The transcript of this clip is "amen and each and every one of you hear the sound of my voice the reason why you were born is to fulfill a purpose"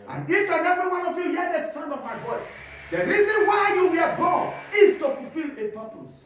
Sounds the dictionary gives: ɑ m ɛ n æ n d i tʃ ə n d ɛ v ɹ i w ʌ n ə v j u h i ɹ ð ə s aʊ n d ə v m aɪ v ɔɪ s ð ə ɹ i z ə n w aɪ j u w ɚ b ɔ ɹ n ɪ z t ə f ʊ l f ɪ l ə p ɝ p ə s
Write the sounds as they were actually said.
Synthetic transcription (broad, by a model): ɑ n n i tʃ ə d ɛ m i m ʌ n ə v j u h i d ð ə s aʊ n ə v m aɪ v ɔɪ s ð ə ɹ i z ə n w aɪ j u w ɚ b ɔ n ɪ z t ə f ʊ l f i l ə p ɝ p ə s